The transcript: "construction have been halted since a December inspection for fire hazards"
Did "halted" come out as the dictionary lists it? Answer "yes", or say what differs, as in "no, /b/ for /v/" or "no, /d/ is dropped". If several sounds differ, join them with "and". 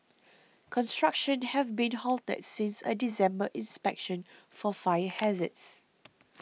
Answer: yes